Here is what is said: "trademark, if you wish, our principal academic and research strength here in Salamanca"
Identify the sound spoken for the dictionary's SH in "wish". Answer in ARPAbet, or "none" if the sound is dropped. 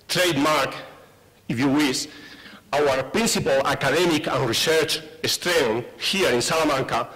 S